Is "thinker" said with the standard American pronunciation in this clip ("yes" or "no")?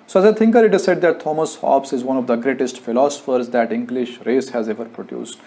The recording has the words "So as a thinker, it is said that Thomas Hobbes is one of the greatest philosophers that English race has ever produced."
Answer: no